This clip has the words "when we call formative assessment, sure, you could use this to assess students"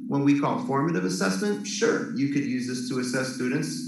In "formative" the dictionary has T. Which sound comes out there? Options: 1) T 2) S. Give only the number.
1